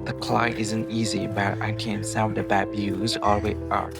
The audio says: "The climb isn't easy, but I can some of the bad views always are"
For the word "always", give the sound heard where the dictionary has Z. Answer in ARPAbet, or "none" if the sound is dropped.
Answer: none